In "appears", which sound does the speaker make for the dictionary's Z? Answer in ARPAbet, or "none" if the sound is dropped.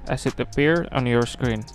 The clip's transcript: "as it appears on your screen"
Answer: none